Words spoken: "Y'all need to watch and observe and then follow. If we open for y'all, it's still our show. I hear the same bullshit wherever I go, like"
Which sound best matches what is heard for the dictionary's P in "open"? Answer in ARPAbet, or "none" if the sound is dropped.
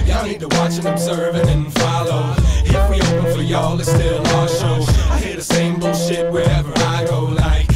none